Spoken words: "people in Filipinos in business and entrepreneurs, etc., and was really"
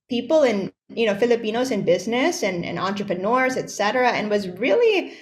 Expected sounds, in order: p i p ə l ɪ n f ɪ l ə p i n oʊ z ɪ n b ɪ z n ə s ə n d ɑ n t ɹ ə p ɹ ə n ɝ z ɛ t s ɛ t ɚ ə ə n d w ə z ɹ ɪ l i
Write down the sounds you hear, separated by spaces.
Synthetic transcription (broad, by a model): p i p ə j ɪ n f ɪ l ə p i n oʊ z ɪ n b ɪ z n ə s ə n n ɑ n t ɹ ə p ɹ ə n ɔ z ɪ t s ɛ t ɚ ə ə n w ə z ɹ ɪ l i